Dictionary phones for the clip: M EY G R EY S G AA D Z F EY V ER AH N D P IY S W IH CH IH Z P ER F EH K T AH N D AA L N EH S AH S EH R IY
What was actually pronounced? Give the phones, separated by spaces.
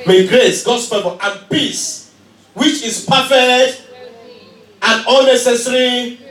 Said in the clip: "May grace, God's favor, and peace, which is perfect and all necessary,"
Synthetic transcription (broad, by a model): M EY G R EY S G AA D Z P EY P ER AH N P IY S W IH CH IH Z P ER F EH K T AH N D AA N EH S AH S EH R IY